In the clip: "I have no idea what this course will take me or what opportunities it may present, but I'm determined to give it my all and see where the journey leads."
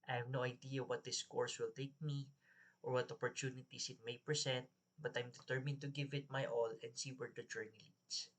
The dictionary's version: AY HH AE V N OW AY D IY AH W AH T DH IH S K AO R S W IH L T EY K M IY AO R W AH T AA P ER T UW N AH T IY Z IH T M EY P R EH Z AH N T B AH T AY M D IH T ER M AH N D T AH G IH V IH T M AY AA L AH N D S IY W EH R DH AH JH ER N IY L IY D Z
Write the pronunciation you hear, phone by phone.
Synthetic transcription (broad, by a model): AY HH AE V N OW AY D IY AH W AH T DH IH S K AO R S W IH L T EY K M IY AO R W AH T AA P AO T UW N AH T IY S IH T M EY P R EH S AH N T B AH T AY M D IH T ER M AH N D T AH G IH V IH T M AY AA L AH N D S IY W EH R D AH JH ER N IY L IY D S